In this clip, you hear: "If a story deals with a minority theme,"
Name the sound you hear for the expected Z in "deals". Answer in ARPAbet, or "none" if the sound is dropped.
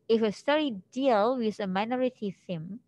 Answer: none